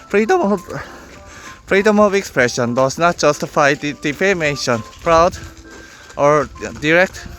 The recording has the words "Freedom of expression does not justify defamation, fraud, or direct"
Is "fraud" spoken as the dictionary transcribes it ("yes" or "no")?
no